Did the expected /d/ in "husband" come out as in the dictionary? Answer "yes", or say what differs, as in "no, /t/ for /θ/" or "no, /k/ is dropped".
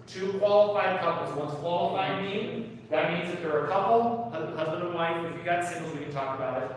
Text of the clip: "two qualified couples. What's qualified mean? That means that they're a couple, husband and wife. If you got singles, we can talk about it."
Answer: yes